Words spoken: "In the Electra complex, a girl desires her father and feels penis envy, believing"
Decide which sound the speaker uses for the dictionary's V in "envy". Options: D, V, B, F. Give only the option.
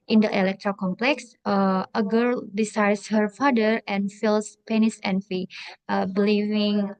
F